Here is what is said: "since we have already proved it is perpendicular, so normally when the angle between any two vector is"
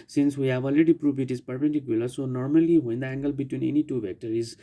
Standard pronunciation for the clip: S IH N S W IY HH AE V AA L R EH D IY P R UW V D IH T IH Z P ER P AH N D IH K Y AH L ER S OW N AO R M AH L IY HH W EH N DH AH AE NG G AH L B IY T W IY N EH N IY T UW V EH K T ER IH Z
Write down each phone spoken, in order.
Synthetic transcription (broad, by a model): S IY N S W IY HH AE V AA L R EH D IY P R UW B IH T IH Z P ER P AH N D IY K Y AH L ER S OW N AO R M AH L IY HH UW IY N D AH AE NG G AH L B IY T W IY N EH N IY T UW B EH K T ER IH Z